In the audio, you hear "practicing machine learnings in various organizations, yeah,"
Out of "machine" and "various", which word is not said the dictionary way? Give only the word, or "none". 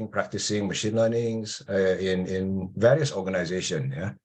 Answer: none